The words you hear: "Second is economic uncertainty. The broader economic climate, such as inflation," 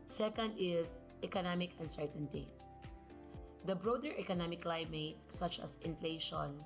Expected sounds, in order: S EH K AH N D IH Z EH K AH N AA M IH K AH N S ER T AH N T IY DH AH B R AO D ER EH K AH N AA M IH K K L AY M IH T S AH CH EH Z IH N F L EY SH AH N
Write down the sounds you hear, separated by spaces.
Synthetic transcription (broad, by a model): S EH K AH N D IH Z EH K AH N AA M IH K AH N S ER T AH N T IY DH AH B R AO D ER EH K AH N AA M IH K K L AY M IH T S AH CH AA S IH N F L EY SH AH N